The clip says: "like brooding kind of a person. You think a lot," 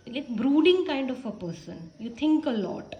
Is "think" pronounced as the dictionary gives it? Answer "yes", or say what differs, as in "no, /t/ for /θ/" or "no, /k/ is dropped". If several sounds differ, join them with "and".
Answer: no, /t/ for /θ/